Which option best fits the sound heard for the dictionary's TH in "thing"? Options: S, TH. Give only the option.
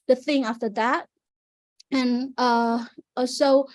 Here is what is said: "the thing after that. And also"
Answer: TH